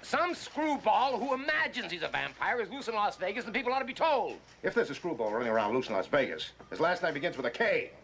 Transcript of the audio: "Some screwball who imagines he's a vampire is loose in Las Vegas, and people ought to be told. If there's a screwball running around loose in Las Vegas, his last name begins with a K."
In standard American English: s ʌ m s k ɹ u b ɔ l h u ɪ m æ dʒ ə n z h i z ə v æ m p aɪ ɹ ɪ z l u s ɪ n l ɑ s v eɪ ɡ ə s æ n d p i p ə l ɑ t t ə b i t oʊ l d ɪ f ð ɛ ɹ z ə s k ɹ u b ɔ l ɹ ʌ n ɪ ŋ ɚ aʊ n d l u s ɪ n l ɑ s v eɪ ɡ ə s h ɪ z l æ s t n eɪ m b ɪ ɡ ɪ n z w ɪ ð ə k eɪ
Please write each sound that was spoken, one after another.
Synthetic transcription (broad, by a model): s ʌ m s k ɹ u b ɔ l h u ɪ m æ dʒ ə n z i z ə v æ m p aɪ ɹ ɪ z l u s ɪ n l ɑ s v eɪ ɡ ə s n p i p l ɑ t t ə b i t oʊ l d ɪ f ð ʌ ɹ z ə s k ɹ u b ɔ l ɹ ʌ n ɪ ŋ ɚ aʊ n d l u s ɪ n l ɑ s v eɪ ɡ ə s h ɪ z l æ s t n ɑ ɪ b ɪ ɡ ɪ n z w ɪ ð ə k eɪ